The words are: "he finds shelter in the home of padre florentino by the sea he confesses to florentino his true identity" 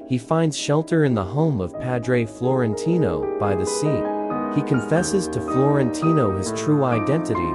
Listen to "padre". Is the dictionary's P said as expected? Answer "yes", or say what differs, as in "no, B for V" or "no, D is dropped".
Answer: yes